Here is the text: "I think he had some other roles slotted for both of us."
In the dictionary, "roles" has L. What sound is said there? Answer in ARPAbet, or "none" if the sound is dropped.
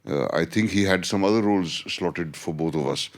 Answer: L